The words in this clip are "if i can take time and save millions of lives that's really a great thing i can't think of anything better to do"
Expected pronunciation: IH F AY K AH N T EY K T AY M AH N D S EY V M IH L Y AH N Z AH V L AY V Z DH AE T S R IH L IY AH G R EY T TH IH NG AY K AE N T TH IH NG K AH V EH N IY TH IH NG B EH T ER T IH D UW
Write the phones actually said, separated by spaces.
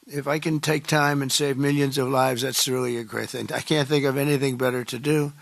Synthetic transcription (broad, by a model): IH F AY K AH N T EY K T AY M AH N S EY V M IH L Y AH N Z AH V L AY V Z DH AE T S R IH L IY AH G R EY T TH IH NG AY K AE N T TH IH NG K AH V EH N IY TH IH NG B EH T ER T IH D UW